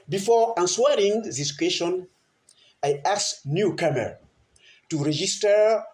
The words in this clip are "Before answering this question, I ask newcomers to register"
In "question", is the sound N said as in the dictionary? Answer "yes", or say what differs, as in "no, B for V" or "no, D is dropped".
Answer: yes